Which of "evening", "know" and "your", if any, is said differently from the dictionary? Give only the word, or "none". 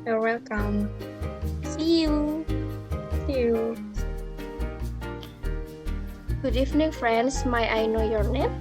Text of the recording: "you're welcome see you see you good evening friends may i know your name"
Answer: evening